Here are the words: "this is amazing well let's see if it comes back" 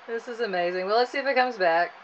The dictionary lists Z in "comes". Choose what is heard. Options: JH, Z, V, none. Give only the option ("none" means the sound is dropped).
Z